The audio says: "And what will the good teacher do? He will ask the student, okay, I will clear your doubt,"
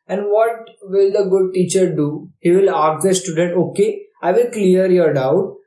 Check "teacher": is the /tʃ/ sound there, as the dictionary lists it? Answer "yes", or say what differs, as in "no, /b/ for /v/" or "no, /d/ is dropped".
yes